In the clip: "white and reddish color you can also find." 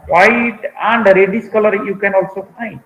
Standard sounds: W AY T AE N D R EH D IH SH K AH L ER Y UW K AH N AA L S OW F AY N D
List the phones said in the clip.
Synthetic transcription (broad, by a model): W AY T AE N D R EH D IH S K AH L ER Y UW K AH N AA L S OW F AY N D